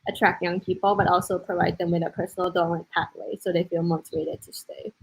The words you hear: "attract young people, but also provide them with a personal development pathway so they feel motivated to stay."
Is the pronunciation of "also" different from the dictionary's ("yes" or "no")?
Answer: no